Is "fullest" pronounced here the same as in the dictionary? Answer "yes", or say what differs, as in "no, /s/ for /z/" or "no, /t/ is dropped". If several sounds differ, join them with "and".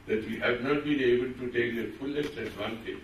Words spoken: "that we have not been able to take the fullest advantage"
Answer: no, /t/ is dropped